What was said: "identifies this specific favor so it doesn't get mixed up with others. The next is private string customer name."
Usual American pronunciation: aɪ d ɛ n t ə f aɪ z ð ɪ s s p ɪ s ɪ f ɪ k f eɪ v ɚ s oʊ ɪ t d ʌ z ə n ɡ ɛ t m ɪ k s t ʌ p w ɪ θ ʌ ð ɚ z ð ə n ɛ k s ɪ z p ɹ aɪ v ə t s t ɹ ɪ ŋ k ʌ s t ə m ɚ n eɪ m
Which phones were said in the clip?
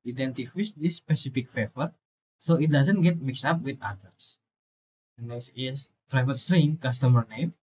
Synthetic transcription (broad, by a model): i d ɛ n t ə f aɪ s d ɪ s s p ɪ s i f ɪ k f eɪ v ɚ s oʊ ɪ t d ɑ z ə n ɡ ɛ t m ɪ k s ɑ p w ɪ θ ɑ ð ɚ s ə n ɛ s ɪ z p ɹ aɪ v ə t s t ɹ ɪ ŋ k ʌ s t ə m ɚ n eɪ m